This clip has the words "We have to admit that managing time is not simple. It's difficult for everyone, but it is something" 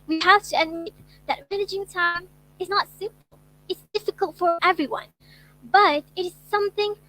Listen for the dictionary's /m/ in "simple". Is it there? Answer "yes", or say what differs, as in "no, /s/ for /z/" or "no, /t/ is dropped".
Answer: no, /m/ is dropped